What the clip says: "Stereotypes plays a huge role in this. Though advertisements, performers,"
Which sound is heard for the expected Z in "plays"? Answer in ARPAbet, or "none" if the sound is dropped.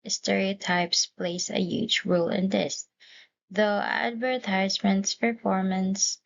S